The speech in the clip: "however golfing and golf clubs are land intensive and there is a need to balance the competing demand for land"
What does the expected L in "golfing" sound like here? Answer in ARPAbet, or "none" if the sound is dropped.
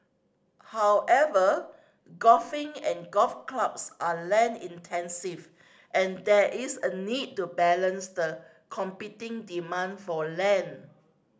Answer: none